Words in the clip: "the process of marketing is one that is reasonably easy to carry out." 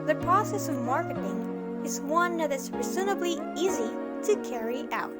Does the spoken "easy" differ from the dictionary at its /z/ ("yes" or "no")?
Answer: no